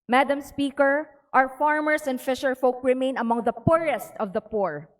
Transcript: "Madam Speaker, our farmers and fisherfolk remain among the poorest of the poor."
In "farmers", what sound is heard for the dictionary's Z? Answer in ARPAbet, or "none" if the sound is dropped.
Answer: S